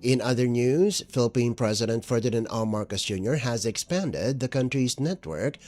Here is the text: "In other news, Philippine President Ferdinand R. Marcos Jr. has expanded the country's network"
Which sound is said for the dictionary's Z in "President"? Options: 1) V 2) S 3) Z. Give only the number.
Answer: 3